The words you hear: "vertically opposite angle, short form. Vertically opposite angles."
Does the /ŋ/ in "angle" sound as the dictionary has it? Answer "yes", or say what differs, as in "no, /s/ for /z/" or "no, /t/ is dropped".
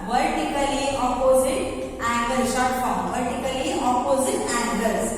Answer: no, /ŋ/ is dropped